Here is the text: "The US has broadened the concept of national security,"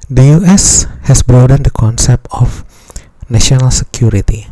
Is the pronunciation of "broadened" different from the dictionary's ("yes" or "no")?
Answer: no